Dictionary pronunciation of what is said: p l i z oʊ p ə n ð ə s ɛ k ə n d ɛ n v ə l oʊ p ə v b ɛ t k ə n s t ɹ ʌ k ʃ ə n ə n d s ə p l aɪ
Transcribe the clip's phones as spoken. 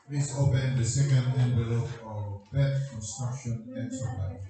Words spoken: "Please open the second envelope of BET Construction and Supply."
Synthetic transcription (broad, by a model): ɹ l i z oʊ p ə n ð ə s ɛ k ə n d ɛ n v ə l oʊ ə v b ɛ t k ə n s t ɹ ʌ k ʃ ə n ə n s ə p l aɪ